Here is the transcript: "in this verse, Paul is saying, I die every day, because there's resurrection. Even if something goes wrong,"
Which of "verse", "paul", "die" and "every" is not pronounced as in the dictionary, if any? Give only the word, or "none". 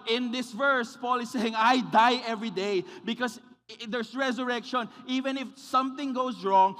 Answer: none